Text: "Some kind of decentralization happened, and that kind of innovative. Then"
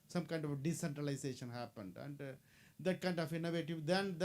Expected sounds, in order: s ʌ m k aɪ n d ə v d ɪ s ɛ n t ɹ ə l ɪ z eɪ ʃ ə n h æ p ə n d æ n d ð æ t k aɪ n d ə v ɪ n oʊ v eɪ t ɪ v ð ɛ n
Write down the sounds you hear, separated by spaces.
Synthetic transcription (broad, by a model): s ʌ m k aɪ n d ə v d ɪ s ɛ n t ɹ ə l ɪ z eɪ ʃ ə n h æ p ə n d æ n d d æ t k aɪ n d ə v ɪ n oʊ v eɪ t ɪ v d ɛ n